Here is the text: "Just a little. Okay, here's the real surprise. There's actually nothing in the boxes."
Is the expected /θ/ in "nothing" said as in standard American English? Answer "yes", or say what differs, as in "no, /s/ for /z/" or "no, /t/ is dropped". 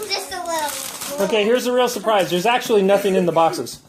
yes